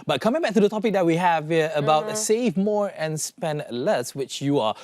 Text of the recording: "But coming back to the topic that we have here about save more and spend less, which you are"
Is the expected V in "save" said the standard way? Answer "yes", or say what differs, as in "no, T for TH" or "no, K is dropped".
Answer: yes